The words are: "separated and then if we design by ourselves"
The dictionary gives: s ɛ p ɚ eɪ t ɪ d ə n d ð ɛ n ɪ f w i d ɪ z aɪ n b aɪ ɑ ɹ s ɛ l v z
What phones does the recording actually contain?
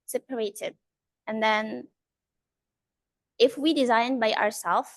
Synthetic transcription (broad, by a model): s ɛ p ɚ eɪ t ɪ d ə n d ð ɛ n ɪ f w i d ɪ z aɪ n b aɪ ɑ ɹ s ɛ l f